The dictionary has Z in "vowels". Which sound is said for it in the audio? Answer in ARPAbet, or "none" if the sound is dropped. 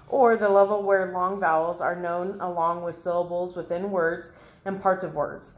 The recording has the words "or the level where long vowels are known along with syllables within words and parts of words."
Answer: Z